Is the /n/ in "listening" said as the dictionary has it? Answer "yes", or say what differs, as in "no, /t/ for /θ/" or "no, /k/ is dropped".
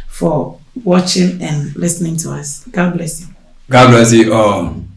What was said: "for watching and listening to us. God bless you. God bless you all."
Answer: yes